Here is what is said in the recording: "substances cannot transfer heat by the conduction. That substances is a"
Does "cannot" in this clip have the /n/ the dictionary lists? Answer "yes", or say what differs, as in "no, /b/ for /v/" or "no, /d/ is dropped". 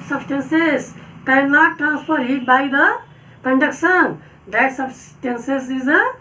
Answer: no, /l/ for /n/